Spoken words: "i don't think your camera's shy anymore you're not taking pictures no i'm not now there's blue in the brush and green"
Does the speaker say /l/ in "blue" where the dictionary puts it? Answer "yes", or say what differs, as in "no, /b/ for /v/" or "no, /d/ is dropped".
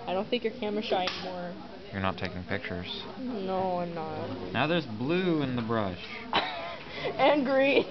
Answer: yes